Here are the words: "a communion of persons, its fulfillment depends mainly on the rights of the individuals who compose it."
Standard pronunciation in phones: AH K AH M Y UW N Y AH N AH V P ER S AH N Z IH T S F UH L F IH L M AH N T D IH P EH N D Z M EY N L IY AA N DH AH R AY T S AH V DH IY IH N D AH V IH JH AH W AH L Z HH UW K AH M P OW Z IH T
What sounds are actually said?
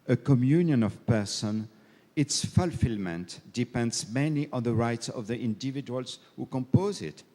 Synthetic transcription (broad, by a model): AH K AH M Y UW N Y AH N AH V P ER S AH N IH T S F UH L F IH L M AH N T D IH P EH N D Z M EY N IY AA N DH AH R AY T S AH V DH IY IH N D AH V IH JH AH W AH L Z HH UW K AH M P OW Z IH T